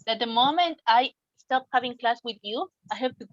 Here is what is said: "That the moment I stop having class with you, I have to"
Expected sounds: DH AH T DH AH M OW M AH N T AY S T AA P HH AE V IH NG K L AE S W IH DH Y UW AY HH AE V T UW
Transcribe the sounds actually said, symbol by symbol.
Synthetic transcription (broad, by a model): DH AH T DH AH M OW M AH N T AY S T AA P HH AE V IH NG K L AE S W IH DH Y UW AY HH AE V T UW